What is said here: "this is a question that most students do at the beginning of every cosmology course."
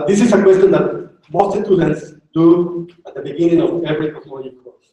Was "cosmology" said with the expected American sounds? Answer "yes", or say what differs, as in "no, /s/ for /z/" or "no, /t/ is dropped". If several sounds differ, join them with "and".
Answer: no, /n/ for /l/